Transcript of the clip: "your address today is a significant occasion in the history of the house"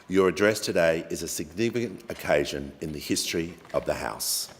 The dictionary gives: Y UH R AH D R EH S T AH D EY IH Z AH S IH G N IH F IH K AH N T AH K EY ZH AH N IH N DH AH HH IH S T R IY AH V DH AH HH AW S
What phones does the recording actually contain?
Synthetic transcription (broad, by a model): Y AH R AH D R EH S T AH D EY IH Z AH S IH G N IH F IH K AH N T AH K EY ZH AH N IH N DH AH HH IH S T R IY AH V DH AH HH AW S